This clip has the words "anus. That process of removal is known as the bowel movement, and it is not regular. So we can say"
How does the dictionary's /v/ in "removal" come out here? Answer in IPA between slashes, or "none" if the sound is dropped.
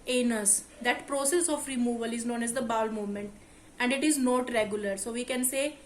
/v/